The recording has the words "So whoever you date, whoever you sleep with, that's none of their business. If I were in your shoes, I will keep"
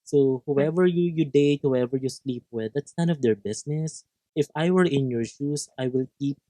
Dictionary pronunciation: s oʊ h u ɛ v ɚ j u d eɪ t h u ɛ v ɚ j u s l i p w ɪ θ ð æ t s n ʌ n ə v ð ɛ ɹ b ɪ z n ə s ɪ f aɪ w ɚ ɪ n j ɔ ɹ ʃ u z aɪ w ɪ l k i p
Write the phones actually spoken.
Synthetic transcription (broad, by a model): s oʊ h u ɛ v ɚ j u d eɪ t h u ɛ v ɚ j u s l i p w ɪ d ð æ t s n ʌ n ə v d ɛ ɹ b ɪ s n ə s ɪ f aɪ w ɚ ɪ n j ɔ ɹ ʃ u s aɪ w ɪ l k i p